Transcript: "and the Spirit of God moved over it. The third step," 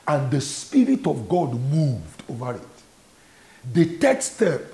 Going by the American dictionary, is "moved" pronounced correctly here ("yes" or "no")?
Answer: yes